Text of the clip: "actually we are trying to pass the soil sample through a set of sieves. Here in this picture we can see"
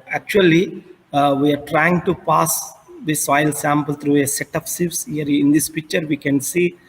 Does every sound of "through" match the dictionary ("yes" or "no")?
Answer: no